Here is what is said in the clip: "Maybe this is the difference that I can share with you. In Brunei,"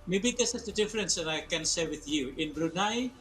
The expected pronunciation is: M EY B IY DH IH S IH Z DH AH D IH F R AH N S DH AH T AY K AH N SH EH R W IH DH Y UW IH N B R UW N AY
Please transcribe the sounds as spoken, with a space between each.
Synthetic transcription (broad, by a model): M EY B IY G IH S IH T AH D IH F R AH N S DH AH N AY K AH N S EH W IH DH Y UW IH N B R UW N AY